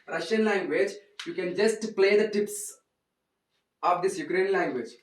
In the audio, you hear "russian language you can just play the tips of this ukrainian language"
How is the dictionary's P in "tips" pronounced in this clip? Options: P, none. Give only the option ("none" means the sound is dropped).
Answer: P